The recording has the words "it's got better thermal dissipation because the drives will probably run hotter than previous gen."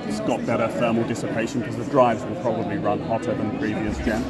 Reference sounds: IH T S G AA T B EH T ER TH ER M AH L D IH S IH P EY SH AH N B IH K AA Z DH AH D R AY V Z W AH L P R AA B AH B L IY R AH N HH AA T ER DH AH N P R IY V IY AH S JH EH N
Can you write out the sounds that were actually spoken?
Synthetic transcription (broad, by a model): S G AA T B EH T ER F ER M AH L D IH S IH P EY SH AH N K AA Z DH AH D R AY V Z W AH L P R AA B AH B L IY R AH N HH AA T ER DH AH N P R IY V IY AH S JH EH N